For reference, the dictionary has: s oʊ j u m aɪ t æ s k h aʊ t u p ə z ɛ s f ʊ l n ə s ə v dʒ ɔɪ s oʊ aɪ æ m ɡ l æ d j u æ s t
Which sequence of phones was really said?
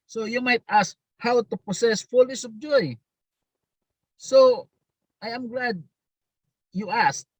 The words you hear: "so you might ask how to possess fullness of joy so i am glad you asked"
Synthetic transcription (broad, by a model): s oʊ j u m aɪ t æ s k h aʊ t u p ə s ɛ s f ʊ l ə s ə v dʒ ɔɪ s oʊ aɪ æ m ɡ l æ d j u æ s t